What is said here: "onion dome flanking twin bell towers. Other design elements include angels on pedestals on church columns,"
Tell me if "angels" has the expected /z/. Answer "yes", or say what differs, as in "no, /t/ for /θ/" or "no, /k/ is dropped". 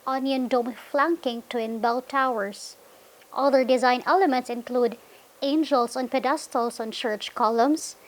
no, /s/ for /z/